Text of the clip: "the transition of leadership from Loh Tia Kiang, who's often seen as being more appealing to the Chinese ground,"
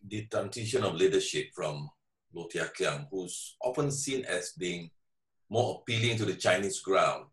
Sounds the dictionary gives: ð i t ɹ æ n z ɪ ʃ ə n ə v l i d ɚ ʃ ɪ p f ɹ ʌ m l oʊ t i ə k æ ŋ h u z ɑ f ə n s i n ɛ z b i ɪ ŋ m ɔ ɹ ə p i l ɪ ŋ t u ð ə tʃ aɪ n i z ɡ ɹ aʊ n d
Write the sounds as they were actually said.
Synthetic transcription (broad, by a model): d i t æ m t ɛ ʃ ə n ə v l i d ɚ ʃ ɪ p f ɹ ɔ m l oʊ t i ə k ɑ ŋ h u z ɑ f ə n s i n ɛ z b i ɪ ŋ m ɔ ə p i l ɪ ŋ t u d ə tʃ aɪ n i s ɡ ɹ aʊ n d